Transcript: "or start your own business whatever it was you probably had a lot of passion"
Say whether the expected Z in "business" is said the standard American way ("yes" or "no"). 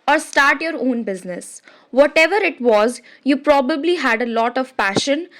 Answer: yes